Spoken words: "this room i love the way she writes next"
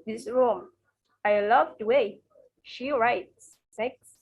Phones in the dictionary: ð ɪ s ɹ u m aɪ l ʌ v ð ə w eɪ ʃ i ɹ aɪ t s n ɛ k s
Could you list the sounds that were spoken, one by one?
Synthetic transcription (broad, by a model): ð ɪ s ɹ u m aɪ l ʌ v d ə w eɪ ʃ i ɹ aɪ t s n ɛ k s